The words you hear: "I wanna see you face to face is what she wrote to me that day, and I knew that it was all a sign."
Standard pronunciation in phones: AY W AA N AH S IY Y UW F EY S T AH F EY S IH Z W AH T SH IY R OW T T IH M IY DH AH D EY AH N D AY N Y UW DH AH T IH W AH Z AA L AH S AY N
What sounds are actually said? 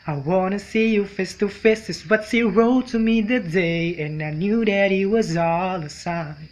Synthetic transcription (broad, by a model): AY W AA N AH S IY Y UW F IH S T AH F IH S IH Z W AH T S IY R OW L T IH M IY DH AH D EY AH N AY N Y UW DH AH T IH W AH Z AA L AH S AY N